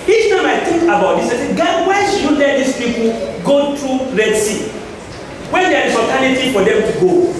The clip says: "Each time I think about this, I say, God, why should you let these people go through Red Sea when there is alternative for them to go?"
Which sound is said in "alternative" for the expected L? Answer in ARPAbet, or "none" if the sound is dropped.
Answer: none